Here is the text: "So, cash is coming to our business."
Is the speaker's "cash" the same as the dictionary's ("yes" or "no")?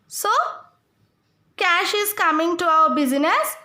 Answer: yes